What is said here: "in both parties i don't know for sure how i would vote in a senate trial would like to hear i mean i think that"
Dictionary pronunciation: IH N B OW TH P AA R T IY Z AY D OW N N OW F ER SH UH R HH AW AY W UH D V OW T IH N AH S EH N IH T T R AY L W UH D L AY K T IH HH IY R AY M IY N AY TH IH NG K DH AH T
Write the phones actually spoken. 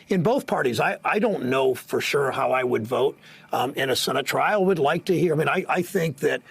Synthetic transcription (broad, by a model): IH N B OW TH P AA R T IY Z AY D OW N N OW F ER SH UH R HH AW AY W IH D V OW T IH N AH S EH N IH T T R AY L W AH D L AY K T IH HH IY R AY M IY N AY TH IH NG K DH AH T